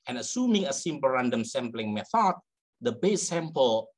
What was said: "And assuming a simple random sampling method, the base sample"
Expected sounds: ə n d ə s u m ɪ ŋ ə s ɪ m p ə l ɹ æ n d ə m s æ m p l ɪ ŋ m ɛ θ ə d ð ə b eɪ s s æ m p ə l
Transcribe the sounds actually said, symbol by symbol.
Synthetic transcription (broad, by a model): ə n ə s u m ɪ ŋ ə s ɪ m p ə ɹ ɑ n d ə m s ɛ m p l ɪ ŋ m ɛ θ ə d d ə b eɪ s s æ m p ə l